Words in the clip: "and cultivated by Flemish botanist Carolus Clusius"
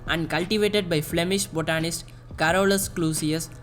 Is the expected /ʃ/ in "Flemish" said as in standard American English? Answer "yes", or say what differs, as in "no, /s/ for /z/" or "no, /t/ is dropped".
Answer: yes